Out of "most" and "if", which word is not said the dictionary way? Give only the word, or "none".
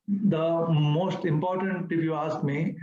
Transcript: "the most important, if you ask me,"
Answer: if